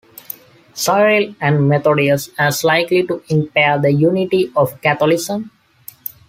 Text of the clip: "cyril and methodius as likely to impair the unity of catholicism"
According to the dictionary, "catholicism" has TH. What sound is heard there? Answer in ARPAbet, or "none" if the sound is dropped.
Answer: T